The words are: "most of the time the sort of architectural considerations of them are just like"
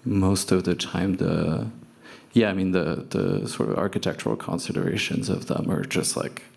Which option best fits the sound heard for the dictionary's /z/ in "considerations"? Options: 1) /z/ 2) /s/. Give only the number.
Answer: 1